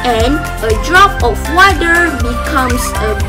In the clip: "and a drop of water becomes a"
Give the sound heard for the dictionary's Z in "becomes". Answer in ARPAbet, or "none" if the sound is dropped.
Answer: S